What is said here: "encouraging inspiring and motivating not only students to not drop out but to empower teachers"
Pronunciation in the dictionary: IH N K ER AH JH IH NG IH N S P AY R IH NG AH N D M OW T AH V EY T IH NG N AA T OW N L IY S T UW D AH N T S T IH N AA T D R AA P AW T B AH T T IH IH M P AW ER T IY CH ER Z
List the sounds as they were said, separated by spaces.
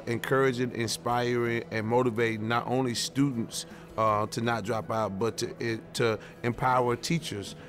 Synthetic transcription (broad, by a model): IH N K ER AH JH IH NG IH N S P AY R IH NG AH N M OW T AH V EY IH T N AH T OW N L IY S T UW D N T S T IH N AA T D R AA P AW T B AH T T IH IH M P AW ER T IY CH ER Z